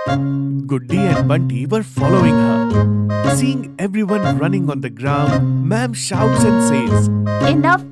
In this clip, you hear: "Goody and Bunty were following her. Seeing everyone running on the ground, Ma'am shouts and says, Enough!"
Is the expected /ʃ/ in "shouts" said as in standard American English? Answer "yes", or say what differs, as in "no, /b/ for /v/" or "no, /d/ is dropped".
yes